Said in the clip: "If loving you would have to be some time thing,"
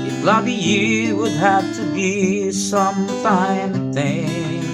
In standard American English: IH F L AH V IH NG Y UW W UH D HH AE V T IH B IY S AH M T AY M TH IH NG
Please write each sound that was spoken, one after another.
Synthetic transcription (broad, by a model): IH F L AH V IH Y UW W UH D HH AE F T IH B IY S AH M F AY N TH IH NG